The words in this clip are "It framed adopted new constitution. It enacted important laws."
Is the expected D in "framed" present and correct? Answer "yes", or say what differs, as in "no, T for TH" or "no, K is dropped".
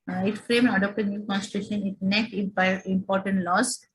no, D is dropped